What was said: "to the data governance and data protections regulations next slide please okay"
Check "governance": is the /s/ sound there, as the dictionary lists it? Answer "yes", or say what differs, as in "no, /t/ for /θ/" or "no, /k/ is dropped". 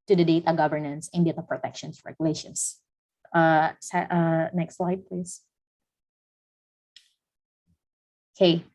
yes